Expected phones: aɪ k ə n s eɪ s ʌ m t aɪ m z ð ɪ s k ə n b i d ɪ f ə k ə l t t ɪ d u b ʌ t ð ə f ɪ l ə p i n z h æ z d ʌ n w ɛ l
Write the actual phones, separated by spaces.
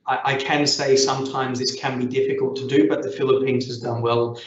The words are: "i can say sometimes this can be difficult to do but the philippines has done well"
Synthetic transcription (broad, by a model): aɪ k ə n s eɪ s ʌ m t aɪ m z ð ɪ s k ə n b i d ɪ f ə k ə l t t ɪ d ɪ b ʌ t ð ə f ɪ l ə p i n z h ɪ z d ʌ n w ɛ l